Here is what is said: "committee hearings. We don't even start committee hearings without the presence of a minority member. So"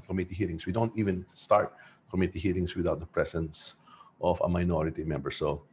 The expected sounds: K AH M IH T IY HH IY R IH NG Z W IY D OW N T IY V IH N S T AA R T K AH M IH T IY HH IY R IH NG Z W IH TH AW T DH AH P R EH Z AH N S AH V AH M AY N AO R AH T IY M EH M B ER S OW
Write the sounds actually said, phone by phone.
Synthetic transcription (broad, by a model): K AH M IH T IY HH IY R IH NG S W IY D OW N T IY V IH N S T AA R T K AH M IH T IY HH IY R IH NG S W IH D AW T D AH P R EH S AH N S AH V AH M AY N AO R AH T IY M EH M B ER S OW